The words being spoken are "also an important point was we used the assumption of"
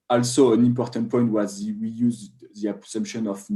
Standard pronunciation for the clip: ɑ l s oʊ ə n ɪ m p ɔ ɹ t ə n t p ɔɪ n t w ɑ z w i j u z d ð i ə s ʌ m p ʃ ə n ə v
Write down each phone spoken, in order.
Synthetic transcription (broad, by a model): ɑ l s oʊ ə n ɪ m p ɔ ɹ t ə n t p ɔɪ n t w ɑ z w i j u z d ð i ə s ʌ m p ʃ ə n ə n